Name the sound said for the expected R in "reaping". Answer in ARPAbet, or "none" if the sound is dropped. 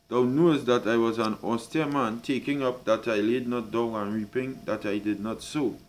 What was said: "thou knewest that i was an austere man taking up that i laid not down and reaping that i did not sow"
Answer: R